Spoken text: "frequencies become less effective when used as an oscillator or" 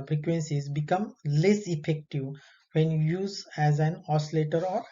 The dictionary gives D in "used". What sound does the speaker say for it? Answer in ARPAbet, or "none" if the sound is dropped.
none